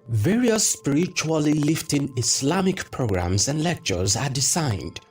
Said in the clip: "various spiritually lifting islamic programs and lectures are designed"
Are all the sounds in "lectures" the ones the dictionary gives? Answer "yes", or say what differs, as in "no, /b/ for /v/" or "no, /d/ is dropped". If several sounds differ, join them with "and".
yes